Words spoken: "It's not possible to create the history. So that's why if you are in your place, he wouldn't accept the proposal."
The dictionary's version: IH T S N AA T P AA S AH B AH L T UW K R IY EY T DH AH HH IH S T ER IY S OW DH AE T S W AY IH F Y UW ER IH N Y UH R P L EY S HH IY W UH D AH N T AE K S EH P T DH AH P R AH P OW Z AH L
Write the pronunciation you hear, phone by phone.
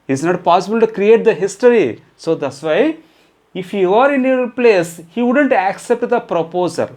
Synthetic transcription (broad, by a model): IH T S N AA T P AA S AH B AH L T UW K R IY EY T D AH HH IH S T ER IY S OW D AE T S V AY IH F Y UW ER IH N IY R P L EY S HH IY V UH D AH N T AE K S EH P T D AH P R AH P OW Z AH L